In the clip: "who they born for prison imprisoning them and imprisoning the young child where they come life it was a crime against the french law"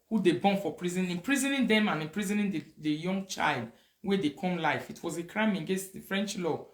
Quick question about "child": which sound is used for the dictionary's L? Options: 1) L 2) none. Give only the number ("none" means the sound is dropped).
1